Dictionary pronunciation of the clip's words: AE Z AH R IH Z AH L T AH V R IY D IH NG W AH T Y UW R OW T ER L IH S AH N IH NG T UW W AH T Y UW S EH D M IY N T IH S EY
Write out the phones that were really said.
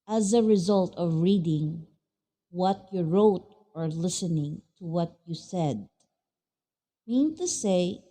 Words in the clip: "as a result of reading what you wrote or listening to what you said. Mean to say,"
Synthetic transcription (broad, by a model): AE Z AH R IH Z AH L T AH V R IY D IH NG W AH T Y UW R OW T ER L IH S AH N IH NG T UW W AH T Y UW S EH D M IY N T IH S EY